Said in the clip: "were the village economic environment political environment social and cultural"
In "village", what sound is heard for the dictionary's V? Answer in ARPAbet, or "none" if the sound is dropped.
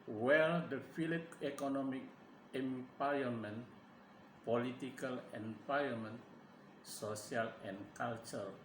F